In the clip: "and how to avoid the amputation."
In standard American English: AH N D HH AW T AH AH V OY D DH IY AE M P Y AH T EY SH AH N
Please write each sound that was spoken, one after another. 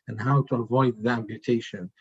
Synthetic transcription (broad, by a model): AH N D HH AW T AH AH V OY D DH IY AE M P Y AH T EY SH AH N